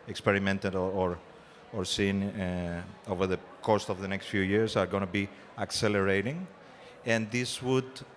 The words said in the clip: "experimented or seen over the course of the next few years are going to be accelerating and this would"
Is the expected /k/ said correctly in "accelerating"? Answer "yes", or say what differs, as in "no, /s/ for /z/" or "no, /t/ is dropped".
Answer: yes